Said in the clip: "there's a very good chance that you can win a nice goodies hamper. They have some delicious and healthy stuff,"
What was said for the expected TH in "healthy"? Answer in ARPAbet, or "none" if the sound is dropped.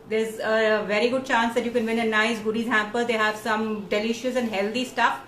T